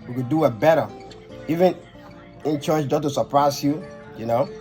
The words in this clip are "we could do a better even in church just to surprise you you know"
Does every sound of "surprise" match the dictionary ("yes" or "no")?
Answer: no